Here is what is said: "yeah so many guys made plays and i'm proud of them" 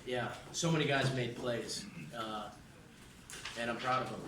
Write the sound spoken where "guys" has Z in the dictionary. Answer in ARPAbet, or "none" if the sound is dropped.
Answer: Z